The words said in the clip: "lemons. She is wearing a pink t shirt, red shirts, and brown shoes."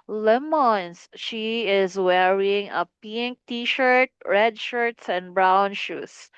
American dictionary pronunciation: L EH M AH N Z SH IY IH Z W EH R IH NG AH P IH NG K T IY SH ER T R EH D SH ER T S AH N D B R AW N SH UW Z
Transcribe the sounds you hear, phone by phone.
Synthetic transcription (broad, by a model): L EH M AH N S SH IY IH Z W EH R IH NG AH P IH NG K T IY SH ER T R EH D SH ER T S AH N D B R AW N SH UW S